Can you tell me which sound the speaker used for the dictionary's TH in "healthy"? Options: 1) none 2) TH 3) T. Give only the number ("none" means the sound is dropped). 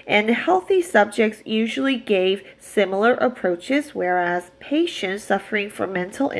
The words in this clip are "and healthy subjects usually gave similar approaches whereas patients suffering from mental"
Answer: 2